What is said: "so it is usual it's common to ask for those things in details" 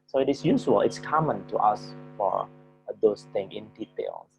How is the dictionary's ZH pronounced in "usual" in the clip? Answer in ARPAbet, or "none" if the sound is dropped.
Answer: S